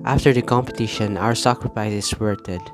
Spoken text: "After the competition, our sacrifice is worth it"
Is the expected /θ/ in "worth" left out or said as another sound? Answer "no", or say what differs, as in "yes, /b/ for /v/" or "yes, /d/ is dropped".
yes, /t/ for /θ/